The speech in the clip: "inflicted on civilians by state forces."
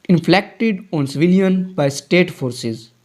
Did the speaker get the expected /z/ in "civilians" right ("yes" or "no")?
no